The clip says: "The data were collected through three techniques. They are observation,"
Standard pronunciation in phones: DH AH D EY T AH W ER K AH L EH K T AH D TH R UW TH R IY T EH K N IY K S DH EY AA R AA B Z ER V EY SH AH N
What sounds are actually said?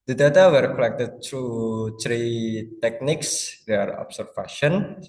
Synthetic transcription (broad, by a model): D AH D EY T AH W ER K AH L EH K T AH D T R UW T R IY T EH K N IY K S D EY AA R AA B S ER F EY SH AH N